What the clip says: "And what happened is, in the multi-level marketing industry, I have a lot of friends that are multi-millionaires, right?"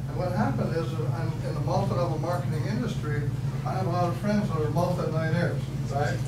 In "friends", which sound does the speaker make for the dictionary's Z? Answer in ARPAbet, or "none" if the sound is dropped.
Z